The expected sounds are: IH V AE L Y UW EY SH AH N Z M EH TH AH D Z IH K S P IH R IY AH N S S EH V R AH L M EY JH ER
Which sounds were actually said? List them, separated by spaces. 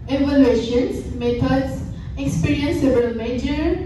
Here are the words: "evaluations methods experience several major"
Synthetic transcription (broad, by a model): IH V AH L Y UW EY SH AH N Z M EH T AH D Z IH K S P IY R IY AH N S S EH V AH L M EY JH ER